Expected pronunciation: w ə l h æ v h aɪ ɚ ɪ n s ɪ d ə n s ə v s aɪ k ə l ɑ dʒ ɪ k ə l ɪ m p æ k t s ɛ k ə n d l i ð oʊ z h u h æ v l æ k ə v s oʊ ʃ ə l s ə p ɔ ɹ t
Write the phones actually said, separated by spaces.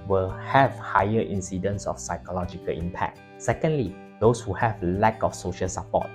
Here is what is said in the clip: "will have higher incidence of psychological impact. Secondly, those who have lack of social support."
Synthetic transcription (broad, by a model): w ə l h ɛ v h aɪ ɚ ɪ n s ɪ d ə n s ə f s aɪ k ə l ɑ dʒ ɪ k ə l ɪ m p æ k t s ɛ k ə n d l i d oʊ s h u h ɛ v l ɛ k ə f s oʊ ʃ ə l s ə p ɔ t